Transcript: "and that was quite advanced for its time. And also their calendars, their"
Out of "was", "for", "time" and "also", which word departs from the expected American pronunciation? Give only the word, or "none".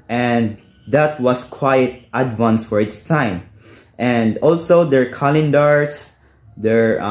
was